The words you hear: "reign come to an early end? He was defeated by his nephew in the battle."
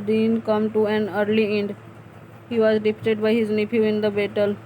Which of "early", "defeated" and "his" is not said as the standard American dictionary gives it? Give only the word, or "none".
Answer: defeated